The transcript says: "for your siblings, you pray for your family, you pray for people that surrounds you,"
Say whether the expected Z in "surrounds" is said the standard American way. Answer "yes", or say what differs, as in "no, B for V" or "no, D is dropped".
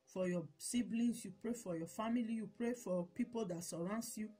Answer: no, S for Z